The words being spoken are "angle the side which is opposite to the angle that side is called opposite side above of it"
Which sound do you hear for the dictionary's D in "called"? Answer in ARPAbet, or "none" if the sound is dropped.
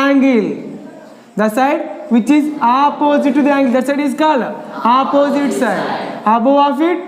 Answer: none